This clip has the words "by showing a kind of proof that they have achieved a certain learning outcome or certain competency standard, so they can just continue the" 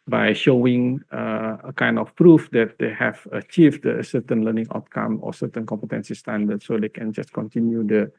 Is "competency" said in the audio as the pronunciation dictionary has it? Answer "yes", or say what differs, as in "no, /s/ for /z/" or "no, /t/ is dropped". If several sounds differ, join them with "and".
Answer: yes